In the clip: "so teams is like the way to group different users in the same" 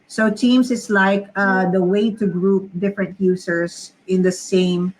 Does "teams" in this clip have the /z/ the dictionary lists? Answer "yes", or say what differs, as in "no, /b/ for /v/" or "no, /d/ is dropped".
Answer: no, /s/ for /z/